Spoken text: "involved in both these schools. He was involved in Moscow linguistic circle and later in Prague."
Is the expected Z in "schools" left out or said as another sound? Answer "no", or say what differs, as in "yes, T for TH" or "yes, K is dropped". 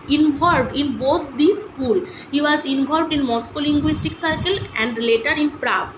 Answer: yes, Z is dropped